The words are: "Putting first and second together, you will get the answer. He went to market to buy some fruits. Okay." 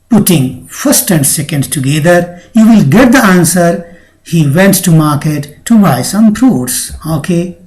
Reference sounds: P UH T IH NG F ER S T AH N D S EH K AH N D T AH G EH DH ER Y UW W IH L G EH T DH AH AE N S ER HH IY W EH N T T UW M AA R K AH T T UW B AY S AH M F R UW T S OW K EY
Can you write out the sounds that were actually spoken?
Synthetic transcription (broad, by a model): P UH T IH NG F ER S T AH N D S EH K AH N D T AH G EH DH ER Y UW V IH L G EH T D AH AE N S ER HH IY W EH N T T UW M AA R K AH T T UW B AY S AH M P R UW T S OW K EY